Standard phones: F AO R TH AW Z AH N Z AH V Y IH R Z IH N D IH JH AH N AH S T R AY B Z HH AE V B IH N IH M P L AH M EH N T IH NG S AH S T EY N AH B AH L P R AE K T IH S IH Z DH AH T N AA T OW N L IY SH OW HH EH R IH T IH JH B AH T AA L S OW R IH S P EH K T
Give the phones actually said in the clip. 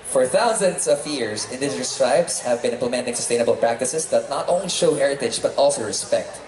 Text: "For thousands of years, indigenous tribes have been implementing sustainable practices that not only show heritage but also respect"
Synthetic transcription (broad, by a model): F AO R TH AW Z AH N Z AH V Y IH R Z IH N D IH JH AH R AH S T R AY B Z HH AE V B IH N IH M P L AH M EH N T IH NG S AH S T EY N AH B AH L P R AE K T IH S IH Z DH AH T N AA T OW N L IY SH OW HH EH R IH T IH JH B AH T AA L S OW R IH S P EH K T